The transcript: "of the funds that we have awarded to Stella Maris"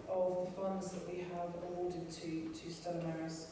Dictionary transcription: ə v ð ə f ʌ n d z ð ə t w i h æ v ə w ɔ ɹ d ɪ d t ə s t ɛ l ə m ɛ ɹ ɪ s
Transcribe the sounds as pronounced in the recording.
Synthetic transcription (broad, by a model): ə v ð ə f ʌ n d z ð ə t w i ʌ v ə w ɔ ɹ d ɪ d t ə s t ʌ ə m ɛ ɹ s